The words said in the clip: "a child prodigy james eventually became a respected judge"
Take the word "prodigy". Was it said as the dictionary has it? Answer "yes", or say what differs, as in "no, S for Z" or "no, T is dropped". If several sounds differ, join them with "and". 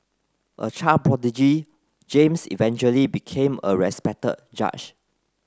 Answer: no, R is dropped